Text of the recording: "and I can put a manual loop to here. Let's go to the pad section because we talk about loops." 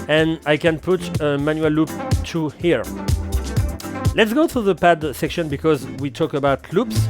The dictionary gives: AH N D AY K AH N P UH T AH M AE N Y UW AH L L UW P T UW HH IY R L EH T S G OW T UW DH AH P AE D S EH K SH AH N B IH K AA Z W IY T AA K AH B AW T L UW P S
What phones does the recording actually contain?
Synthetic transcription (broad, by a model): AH N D AY K AH N P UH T AH M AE N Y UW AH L L UW P T UW HH IY R L EH T S G OW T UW DH AH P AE D S EH K SH AH N B IH K AA Z W IY T AA K AH B AW T L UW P S